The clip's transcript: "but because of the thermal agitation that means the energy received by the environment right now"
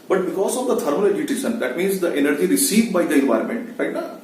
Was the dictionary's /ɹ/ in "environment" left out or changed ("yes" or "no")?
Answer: no